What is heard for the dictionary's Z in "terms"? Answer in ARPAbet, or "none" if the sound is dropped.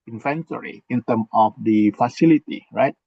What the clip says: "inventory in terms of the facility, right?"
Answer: none